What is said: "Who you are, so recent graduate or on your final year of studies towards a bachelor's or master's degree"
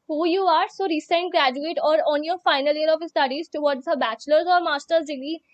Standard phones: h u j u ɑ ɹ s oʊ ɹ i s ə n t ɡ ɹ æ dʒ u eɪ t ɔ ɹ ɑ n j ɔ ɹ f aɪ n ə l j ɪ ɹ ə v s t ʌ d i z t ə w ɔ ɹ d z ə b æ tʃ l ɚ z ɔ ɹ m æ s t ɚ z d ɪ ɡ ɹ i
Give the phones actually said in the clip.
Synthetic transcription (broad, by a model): h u j u ɑ ɹ s oʊ ɹ i s ə n t ɡ ɹ æ dʒ u eɪ t ɔ ɹ ɑ n j ɔ ɹ f aɪ n ə l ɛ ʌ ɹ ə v s t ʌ d i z t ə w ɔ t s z ə b æ tʃ l ɚ z ɔ ɹ m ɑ s t ɚ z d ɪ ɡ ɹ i